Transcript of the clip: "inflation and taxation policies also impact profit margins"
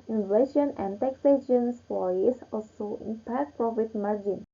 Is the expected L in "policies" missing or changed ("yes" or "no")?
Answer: yes